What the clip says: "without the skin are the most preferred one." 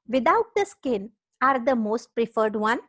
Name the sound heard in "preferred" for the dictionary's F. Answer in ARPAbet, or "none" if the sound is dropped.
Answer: F